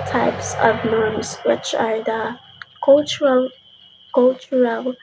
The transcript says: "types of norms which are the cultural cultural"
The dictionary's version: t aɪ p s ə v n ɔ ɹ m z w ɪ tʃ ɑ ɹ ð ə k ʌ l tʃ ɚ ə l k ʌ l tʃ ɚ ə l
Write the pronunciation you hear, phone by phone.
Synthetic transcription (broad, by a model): t aɪ p s ə v n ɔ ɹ m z w ɪ tʃ ɑ ɹ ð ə k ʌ l tʃ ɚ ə l k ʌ l tʃ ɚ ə l